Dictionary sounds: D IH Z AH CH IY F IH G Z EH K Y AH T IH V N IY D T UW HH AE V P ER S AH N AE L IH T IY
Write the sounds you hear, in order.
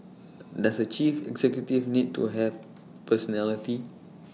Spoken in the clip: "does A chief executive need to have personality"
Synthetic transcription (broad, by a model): D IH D AH CH IY F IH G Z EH K Y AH T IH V N IY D T UW HH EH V P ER S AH N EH L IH T IY